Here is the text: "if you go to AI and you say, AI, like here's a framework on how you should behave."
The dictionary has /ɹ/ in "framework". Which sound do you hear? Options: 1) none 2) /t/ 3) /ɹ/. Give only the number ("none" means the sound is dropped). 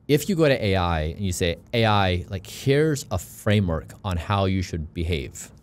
3